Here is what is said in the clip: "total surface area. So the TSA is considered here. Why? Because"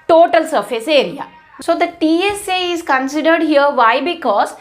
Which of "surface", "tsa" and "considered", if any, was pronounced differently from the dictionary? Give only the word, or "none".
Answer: none